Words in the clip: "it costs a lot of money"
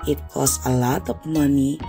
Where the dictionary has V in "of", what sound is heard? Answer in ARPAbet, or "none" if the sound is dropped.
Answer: P